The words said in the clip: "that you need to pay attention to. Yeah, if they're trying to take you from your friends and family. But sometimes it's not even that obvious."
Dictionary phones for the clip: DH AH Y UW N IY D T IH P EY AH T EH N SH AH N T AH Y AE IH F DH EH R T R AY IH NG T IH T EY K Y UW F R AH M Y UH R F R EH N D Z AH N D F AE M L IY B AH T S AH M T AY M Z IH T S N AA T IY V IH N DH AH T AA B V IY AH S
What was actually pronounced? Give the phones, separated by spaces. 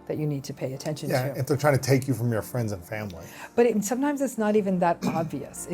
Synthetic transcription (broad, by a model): DH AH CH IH N IY D T IH P EY AH T EH N SH AH N Y AE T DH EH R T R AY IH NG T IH T EY K Y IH F R AH M Y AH R F R EH N D Z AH N F AE M L IY B AH T S AH M T AY M Z IH T S N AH T IY V IH N DH AH T AA B V IY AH S